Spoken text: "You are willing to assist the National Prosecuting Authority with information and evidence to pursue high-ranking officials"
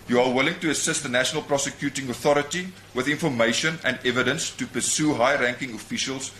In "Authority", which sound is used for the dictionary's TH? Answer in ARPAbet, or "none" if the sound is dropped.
TH